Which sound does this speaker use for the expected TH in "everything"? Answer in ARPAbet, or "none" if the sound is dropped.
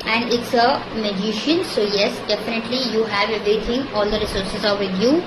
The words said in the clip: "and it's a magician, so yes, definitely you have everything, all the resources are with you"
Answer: T